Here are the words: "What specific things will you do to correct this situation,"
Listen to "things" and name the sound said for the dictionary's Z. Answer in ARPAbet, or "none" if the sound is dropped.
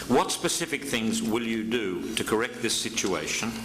Z